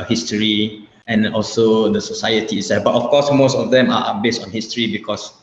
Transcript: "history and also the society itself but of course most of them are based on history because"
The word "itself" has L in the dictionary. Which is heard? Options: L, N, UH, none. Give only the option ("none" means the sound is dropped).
none